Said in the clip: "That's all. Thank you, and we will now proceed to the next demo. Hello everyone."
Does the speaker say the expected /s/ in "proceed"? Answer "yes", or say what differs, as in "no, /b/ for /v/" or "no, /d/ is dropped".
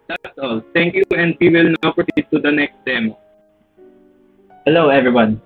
no, /s/ is dropped